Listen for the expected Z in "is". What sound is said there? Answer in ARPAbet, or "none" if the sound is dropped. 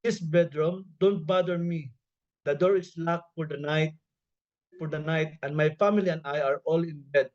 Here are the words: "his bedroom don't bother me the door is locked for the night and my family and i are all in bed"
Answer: S